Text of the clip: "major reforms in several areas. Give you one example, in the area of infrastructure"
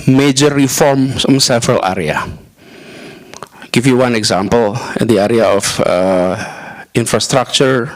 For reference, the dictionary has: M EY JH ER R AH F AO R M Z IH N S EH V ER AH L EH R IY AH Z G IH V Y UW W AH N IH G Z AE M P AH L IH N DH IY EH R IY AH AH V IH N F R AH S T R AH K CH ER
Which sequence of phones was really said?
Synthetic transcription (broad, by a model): M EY JH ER R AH F AO R M S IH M S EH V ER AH L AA R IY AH G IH F Y UW W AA N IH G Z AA M P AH L IH N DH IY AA R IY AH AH F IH N F R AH S T R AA K CH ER